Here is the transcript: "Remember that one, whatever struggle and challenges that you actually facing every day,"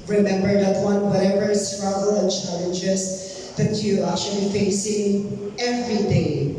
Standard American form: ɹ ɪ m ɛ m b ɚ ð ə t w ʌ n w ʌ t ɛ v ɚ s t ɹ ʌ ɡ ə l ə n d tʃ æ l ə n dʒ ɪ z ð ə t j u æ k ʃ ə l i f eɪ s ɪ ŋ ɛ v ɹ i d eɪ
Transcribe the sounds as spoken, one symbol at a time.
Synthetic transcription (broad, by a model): ɹ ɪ m ɛ m b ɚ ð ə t w ʌ n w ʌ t ɛ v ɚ s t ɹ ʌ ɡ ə l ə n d tʃ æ l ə n dʒ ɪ s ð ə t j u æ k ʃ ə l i f eɪ s ɪ ŋ ɛ v ɹ i d eɪ